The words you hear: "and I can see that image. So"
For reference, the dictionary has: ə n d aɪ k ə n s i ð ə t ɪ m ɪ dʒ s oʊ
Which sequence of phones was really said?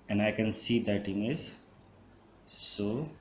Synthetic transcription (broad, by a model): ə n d aɪ k ə n s i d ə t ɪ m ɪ z s oʊ